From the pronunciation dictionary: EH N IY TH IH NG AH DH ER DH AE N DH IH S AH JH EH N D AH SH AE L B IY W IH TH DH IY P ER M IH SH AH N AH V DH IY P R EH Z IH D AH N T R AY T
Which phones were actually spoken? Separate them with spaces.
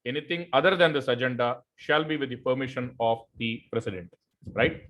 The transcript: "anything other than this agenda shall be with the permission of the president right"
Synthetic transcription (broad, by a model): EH N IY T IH NG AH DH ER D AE N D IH S AH JH EH N D AH SH AE L B IY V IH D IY P ER M IH SH AH N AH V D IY P R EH S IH D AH N T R AY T